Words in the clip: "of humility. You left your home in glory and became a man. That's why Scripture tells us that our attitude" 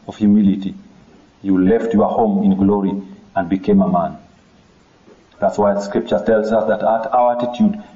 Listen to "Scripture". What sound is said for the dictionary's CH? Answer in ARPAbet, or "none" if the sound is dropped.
CH